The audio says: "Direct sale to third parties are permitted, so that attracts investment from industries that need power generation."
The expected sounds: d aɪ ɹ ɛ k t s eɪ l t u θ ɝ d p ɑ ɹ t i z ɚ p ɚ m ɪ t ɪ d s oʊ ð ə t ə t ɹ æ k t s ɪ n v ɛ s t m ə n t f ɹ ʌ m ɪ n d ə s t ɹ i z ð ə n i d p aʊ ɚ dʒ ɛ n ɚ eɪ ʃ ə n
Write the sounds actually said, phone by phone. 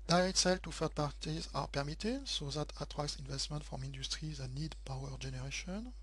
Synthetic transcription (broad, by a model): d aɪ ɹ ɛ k t s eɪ l t u f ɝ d p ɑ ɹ t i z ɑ p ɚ m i t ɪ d s oʊ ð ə t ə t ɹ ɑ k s ɪ n v ɛ s t m ə n t f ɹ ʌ m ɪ n d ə s t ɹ i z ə n i d p aʊ ɚ dʒ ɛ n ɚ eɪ ʃ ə n